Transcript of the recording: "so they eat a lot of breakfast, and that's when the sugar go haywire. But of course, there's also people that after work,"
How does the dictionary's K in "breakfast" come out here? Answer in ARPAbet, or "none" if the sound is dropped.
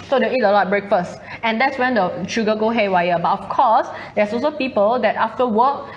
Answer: K